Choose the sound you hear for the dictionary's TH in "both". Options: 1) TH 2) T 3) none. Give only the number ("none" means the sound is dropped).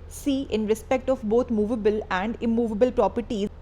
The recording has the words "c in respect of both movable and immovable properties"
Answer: 2